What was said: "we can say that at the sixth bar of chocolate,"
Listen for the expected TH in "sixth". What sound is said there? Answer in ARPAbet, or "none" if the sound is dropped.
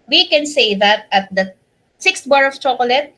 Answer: T